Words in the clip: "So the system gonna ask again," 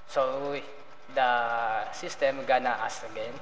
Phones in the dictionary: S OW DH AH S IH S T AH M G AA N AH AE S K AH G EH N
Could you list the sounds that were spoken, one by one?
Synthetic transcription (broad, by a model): S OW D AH S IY S T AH M G AA N AH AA S AH G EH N